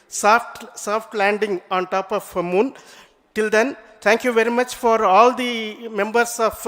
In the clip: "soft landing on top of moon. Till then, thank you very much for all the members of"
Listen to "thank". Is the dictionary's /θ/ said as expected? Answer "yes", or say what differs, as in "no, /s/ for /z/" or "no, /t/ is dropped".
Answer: no, /t/ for /θ/